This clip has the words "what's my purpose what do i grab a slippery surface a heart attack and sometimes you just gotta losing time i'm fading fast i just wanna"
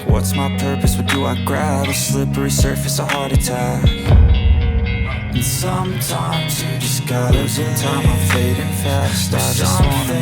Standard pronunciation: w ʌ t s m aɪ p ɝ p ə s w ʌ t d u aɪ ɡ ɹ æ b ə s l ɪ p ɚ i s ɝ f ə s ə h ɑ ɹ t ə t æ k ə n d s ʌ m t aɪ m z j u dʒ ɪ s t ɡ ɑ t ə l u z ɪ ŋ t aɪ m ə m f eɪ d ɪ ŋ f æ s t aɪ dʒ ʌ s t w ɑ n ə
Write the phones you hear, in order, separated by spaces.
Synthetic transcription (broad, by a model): w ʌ t s m aɪ p ɝ p ə s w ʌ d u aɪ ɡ ɹ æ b ə s l ɪ p ɚ i s ɝ f ə s ə h ɑ ɹ t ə t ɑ ə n s ʌ m t aɪ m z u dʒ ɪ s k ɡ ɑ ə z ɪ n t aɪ ə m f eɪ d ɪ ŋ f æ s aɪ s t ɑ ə